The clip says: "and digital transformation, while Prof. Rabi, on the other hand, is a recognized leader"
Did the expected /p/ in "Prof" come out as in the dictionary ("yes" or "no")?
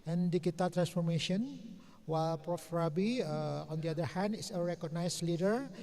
yes